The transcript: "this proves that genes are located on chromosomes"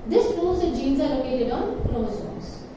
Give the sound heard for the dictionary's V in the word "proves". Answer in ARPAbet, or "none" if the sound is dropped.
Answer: none